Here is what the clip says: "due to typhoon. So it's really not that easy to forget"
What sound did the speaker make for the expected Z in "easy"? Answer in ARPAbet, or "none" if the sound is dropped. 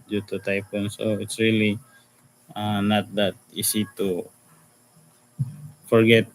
S